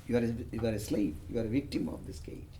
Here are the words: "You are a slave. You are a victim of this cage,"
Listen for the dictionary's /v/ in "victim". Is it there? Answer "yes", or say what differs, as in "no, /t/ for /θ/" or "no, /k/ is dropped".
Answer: yes